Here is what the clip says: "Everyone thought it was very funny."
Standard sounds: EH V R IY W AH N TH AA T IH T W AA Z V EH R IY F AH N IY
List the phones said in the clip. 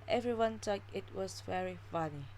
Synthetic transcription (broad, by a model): EH V R IY W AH N T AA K IH T W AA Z V EH R IY F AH N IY